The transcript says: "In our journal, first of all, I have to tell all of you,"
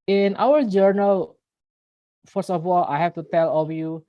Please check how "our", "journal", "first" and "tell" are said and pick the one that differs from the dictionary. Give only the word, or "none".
first